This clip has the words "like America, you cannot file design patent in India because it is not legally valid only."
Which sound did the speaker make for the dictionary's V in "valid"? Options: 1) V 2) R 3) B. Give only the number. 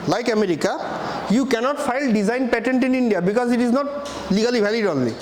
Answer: 3